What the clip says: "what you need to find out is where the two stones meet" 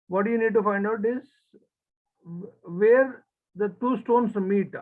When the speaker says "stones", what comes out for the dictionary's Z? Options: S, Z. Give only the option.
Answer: S